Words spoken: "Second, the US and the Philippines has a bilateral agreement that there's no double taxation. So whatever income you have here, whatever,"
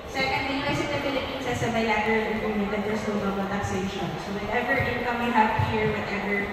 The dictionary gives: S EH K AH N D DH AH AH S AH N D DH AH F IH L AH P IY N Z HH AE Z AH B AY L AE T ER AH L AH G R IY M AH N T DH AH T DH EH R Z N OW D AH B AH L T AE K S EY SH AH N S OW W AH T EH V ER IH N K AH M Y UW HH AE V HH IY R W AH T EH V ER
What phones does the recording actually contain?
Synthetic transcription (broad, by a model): S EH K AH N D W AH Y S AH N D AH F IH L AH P IY N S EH S AH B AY L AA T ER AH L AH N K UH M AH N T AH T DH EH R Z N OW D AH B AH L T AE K S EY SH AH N S OW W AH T EH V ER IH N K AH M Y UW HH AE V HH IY R W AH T EH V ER